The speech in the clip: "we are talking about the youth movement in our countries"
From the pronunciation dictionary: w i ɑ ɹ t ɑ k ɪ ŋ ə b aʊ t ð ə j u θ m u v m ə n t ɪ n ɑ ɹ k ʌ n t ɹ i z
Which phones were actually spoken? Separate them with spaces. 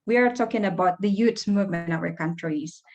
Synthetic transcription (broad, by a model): w i ɑ ɹ t ɑ k ɪ ŋ ə b aʊ t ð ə j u s m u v m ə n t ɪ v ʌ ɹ k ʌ n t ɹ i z